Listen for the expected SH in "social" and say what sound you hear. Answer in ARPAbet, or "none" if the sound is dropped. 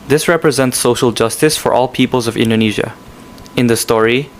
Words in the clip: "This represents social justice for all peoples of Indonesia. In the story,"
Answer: SH